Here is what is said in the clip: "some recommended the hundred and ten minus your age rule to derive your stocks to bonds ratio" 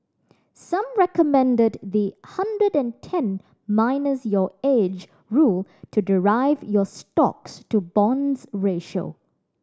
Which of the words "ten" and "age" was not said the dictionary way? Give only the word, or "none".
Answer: none